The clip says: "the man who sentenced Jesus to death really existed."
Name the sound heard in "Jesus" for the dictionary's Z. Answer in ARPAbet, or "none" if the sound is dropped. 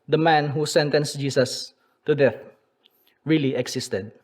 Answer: S